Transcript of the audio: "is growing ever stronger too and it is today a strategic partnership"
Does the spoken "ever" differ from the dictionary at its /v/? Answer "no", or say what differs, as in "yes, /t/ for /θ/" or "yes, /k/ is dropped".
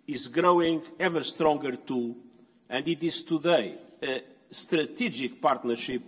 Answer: no